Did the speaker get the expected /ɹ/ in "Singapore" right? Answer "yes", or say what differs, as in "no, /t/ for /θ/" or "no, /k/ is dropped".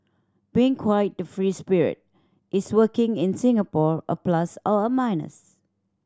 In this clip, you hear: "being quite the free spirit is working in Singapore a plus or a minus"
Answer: yes